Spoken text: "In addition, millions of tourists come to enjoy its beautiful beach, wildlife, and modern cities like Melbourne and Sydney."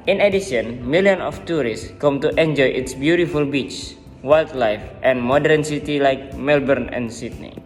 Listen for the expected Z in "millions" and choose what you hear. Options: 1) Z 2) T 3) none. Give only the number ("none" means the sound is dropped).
3